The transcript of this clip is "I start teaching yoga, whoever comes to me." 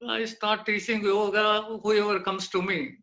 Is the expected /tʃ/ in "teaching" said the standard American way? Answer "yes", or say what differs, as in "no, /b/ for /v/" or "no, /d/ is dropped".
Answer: no, /s/ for /tʃ/